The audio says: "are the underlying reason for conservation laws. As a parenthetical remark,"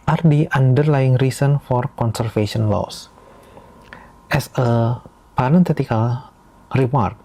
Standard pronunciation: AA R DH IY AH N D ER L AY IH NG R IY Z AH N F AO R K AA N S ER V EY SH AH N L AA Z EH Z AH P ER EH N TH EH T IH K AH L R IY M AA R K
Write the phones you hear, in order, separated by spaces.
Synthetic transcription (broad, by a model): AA R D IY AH N D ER L AY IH NG R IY S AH N F AO R K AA N S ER F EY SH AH N L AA S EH S AH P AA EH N T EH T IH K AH L R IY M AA R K